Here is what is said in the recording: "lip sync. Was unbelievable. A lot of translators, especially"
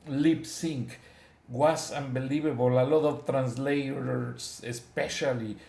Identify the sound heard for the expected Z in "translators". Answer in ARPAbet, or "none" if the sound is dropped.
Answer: S